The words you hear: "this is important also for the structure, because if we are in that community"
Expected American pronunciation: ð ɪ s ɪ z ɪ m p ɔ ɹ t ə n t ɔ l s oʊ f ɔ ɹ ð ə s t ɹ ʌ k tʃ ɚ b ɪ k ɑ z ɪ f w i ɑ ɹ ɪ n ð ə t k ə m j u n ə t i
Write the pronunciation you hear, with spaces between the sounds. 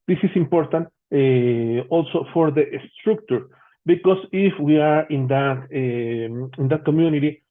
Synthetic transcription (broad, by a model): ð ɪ s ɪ s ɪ m p ɔ ɹ t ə n t ɔ l s oʊ f ɔ ɹ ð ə s t ɹ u k tʃ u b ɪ k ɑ s ɪ f w i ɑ ɹ ɪ n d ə t k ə m j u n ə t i